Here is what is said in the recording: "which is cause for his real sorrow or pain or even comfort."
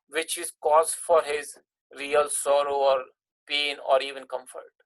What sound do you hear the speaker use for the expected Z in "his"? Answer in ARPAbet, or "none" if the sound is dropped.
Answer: Z